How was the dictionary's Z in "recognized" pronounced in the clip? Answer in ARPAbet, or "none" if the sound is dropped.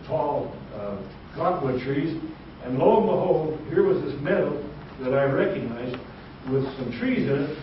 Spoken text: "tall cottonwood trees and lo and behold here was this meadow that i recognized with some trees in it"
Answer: Z